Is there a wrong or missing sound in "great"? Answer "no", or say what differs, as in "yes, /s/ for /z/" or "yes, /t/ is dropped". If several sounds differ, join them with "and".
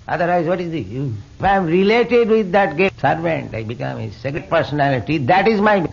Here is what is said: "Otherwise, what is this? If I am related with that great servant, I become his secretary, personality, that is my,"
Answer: yes, /ɹ/ is dropped